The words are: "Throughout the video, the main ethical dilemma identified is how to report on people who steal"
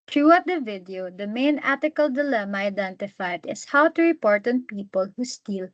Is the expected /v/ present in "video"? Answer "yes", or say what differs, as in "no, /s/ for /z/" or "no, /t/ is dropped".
yes